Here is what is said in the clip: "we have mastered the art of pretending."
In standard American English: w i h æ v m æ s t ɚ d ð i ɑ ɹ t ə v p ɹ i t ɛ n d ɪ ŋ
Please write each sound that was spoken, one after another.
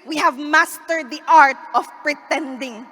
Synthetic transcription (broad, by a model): w i h æ v m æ s t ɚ d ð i ɑ ɹ t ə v p ɹ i t ɛ n d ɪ ŋ